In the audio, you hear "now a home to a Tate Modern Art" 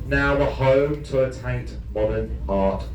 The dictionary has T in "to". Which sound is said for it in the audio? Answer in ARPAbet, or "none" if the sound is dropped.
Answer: T